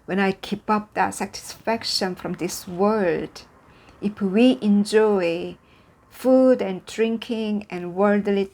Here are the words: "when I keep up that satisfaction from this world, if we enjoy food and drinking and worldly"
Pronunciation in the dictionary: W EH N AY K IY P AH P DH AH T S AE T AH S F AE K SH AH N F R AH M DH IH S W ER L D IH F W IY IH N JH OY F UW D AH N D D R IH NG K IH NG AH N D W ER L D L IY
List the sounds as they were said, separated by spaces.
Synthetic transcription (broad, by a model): W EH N AY K IY P AH P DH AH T S AE T AH S F AE K SH AH N F R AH M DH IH S W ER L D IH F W IY IH N JH OY F UW D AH N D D R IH NG K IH NG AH N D W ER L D L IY